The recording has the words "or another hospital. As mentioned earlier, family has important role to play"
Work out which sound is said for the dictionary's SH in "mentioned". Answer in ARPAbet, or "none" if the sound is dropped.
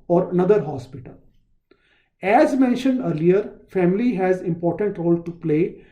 SH